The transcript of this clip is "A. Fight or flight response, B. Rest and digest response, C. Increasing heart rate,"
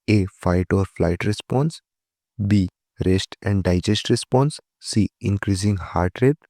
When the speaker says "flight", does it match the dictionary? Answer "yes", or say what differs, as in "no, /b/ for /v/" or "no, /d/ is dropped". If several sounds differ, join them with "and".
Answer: yes